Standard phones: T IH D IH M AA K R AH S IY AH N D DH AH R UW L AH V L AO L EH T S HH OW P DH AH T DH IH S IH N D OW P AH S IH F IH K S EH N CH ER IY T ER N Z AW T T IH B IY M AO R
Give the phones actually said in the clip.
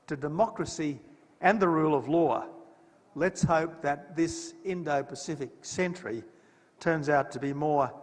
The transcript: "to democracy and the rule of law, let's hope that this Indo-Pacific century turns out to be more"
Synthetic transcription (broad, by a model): T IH D IH M AA K R AH S IY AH N DH AH R UW L AH V L AO L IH T S HH OW P DH AH T DH IH S IH N D OW P AH S IH F IH K S EH N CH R IY T ER N Z AW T T IH B IY M AO R